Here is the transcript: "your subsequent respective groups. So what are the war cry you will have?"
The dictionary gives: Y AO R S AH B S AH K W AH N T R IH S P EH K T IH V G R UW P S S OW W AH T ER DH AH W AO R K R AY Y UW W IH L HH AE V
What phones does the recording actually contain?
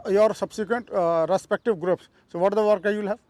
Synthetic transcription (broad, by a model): Y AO R S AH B S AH K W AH N T R IH S P EH K T IH V G R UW P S S OW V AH T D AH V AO R K AY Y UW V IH L HH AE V